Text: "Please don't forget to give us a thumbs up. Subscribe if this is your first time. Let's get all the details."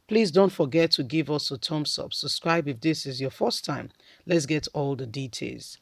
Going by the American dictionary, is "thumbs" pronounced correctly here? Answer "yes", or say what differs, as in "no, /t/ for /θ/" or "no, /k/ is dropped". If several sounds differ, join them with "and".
no, /t/ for /θ/ and /s/ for /z/